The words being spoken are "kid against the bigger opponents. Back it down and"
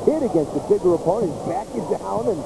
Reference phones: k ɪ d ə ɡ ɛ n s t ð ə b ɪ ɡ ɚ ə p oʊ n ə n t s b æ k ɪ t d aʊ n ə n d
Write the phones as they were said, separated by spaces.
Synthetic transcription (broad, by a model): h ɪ d ə ɡ ɛ n s t ð ə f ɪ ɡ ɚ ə p oʊ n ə n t b æ k ɪ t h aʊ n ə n